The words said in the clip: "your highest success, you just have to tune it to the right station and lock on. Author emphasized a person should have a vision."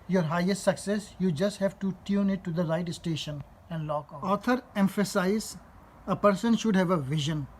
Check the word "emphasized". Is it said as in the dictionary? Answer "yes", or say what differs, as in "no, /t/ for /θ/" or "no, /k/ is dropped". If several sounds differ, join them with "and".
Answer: no, /d/ is dropped